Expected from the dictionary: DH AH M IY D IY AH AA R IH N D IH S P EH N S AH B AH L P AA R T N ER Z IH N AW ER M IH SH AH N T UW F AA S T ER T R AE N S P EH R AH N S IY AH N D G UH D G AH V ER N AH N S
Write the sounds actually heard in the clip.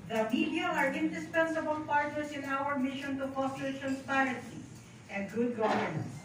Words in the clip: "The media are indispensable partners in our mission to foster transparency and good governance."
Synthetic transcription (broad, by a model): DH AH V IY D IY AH AA R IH N D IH S P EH N S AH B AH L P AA R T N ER S IH N AW ER M IH SH AH N T UW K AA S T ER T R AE N S P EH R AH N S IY AH N D G UH D G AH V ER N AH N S